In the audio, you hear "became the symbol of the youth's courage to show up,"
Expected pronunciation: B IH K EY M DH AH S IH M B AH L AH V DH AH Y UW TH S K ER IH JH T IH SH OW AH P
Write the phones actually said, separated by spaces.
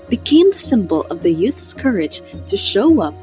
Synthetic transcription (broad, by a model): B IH K EY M DH AH S IH M B L AH V DH AH Y UW TH S K ER IH JH T IH SH OW AH P